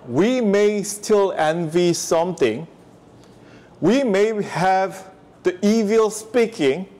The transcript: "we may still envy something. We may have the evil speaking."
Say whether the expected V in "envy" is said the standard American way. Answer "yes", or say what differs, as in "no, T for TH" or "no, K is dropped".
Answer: yes